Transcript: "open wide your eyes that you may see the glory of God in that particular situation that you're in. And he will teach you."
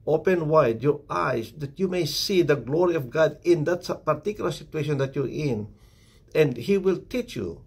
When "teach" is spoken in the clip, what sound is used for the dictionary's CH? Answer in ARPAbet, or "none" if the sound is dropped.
CH